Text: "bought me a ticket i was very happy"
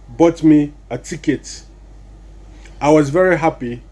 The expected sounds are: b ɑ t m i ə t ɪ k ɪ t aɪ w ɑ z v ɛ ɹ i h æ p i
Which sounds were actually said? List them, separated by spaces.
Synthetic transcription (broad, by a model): b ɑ t m i ə t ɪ k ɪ t aɪ w ɑ z v ɛ ɹ i h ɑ p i